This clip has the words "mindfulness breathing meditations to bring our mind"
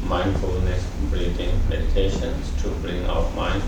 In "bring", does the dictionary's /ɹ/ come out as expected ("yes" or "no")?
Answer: no